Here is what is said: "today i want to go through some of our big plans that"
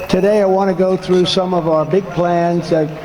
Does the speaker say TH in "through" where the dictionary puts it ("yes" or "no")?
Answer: yes